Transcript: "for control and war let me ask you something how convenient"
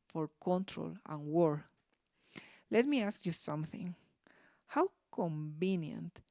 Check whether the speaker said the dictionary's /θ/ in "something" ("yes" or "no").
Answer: yes